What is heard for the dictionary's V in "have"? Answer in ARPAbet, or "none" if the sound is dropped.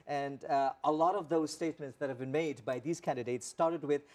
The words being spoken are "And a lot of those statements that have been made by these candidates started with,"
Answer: V